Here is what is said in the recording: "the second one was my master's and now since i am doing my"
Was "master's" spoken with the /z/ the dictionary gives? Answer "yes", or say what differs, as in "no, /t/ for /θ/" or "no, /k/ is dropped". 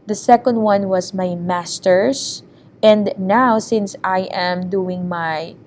no, /s/ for /z/